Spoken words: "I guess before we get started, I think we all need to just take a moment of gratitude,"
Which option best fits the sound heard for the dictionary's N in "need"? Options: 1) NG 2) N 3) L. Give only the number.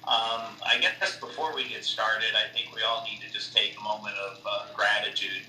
2